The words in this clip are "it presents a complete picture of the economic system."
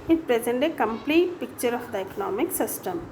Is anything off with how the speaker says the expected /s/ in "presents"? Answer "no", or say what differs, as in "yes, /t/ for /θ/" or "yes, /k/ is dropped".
yes, /s/ is dropped